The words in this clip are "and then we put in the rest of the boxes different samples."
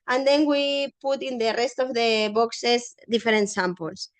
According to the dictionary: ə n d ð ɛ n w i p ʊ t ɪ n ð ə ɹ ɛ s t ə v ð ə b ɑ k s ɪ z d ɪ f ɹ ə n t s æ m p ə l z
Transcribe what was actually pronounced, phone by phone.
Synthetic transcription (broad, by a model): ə n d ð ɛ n w i p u t ɪ n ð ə ɹ ɛ s t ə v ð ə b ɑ k s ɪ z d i f ɹ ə n t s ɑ m p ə l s